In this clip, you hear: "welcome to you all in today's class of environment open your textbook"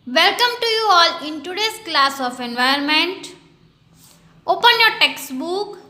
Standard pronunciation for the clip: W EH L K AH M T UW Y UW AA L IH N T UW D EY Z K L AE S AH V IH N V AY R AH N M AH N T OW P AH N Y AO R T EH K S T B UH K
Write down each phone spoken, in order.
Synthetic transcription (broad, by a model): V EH L K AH M T UW Y UW AA L IH N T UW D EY S K L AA S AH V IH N V AY AH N M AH N T OW P AH N Y AO R T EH K S T B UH K